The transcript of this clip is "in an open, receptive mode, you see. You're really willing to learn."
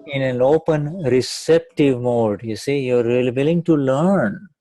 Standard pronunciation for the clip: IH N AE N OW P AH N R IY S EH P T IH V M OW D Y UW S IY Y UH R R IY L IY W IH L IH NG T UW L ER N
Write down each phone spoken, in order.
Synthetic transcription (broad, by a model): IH N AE N OW P AH N R IY S EH P T IH V M OW D Y UW S IY Y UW R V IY L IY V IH L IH NG T UW L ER N